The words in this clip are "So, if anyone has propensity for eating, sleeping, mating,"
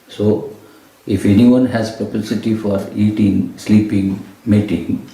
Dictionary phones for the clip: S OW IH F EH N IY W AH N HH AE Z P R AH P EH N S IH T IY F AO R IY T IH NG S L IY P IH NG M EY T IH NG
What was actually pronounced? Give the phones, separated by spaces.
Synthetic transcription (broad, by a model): S OW IH F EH N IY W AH N HH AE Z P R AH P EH S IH T IY F AO R IY T IH NG S L IY P IH NG M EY T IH NG